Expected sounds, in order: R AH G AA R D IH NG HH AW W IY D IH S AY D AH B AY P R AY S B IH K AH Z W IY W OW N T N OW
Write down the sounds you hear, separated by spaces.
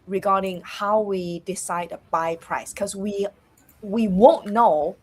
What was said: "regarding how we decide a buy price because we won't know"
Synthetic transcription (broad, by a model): R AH G AA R D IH NG HH AW W IY D IH S AY D AH B AY P R AY S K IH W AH W IY W OW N N OW